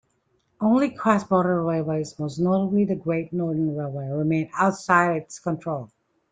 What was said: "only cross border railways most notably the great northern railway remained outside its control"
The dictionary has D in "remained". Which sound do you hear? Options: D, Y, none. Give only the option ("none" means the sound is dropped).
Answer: none